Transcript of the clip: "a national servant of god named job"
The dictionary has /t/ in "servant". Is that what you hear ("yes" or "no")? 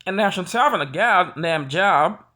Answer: no